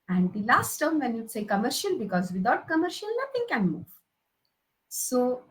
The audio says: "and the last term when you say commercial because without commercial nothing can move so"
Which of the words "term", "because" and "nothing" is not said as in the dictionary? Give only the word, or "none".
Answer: nothing